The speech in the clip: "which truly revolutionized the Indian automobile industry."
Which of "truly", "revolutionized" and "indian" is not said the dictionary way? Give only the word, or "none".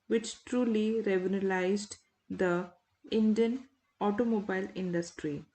revolutionized